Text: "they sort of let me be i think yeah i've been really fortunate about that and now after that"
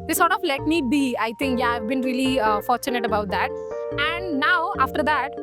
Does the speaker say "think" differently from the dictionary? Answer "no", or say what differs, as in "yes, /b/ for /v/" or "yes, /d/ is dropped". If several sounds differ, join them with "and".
yes, /t/ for /θ/